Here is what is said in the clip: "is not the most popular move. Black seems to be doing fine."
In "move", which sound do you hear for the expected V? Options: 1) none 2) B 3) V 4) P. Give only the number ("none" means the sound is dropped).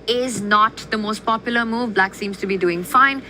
3